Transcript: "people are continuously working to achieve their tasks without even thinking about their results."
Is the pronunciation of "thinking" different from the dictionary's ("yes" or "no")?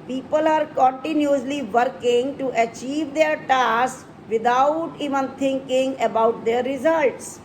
yes